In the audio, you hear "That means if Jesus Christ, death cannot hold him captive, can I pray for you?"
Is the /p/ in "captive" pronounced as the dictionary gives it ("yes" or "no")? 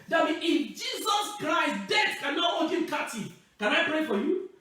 no